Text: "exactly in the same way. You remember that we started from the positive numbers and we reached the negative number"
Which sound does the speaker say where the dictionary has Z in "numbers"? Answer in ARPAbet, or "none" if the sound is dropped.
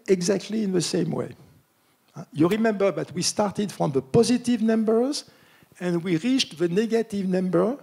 Z